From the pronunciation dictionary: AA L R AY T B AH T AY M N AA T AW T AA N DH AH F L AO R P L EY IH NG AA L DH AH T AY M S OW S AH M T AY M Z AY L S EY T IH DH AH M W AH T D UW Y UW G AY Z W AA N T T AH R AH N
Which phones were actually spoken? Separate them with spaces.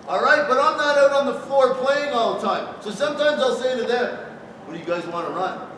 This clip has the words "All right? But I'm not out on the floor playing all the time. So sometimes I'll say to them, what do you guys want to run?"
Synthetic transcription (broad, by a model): AA L R AY T B AH T AY M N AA T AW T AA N DH AH F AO R P L EY IH NG AA L DH AH T AY M S OW S AH M T AY M Z AY L S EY T IH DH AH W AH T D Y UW G AY Z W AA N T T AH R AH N